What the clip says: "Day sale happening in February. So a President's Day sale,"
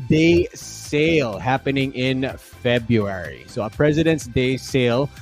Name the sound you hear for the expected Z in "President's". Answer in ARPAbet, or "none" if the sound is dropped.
Z